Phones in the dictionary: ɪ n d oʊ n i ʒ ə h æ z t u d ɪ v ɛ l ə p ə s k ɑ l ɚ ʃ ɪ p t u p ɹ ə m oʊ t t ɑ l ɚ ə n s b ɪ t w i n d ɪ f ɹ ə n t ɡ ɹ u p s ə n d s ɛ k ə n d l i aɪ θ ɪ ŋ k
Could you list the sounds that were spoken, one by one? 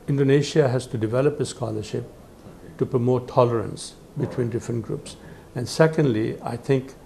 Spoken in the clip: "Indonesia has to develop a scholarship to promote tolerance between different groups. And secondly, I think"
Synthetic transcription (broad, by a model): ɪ n d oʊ n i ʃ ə h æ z t u d ɪ v ɛ l ə p ə s k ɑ l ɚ ʃ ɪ p t u p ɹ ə m oʊ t t ɑ l ɚ ə n s b ɪ t w i n d ɪ f ɹ ə n t ɡ ɹ u p s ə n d s ɛ k ə n d l i aɪ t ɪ ŋ k